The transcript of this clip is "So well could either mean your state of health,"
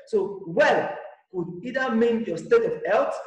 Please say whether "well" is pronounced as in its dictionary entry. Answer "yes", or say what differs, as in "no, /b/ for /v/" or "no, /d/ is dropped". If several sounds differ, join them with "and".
yes